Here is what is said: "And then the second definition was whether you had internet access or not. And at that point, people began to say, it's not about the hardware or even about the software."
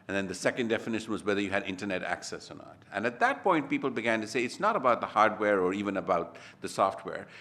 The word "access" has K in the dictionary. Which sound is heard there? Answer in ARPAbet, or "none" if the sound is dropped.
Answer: K